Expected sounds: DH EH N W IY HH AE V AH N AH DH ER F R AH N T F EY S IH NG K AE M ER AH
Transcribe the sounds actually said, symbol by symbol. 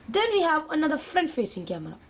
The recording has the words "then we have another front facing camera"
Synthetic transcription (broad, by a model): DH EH N W IY HH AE V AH N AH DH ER F R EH N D F EY S IH NG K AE M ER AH